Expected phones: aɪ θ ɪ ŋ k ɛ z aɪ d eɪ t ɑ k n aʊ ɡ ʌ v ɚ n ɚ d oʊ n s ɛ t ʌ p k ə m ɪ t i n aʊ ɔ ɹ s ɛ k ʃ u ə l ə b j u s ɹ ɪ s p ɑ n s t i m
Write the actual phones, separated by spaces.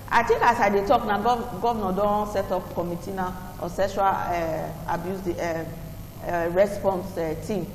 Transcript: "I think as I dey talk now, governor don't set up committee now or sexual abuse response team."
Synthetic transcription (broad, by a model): aɪ t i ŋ k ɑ s aɪ d eɪ t ɑ k n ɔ ɡ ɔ v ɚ n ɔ d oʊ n s ɛ t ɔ p k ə m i t i n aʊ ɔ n s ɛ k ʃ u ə l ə b j u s ɹ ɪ s p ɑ n s t i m